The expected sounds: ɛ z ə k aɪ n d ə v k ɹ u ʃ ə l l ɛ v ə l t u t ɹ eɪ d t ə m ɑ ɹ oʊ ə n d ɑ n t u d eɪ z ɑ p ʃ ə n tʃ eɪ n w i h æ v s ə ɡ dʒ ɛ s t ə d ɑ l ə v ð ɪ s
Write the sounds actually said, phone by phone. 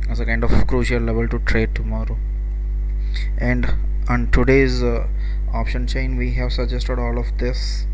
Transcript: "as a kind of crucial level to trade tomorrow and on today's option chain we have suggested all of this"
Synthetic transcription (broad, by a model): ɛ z ə k aɪ n d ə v k ɹ u ʃ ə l l ɛ v ə l t u t ɹ eɪ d t ə m ɑ ɹ oʊ ə n d ɑ n t u d eɪ z ɑ p ʃ ə n tʃ eɪ n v i h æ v s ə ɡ dʒ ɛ s t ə d ɑ l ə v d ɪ s